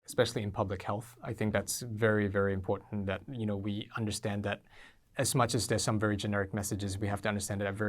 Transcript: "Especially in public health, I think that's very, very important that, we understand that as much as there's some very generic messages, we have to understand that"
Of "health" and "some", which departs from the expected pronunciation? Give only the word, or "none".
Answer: none